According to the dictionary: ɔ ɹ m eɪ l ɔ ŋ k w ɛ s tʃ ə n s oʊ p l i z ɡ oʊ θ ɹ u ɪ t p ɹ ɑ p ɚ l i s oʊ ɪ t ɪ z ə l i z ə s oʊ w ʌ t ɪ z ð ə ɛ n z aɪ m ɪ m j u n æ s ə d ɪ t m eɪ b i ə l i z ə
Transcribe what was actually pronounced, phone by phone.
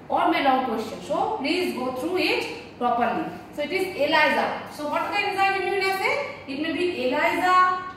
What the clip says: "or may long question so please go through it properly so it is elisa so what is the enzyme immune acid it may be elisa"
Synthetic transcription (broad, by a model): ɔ ɹ m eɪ l ɔ ŋ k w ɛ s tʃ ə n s oʊ p l i z ɡ oʊ t ɹ u ɪ t p ɹ ɑ p ɚ l i s oʊ ɪ t ɪ z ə l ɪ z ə s oʊ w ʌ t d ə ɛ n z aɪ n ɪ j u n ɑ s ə ɪ t m eɪ b i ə l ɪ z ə